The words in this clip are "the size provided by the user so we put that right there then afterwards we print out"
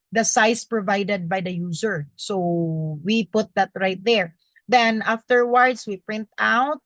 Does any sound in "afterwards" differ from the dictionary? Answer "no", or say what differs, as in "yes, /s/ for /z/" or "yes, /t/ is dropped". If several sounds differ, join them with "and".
yes, /s/ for /z/